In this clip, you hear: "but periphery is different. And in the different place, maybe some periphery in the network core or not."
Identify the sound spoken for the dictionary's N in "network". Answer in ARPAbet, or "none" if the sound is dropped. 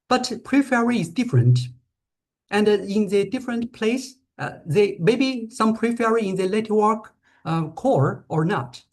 L